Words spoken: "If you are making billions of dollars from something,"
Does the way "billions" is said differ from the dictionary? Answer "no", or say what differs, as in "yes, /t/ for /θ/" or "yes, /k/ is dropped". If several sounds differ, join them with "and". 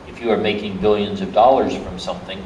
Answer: no